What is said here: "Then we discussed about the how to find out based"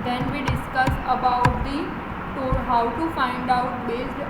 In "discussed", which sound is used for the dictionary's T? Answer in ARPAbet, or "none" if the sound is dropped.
none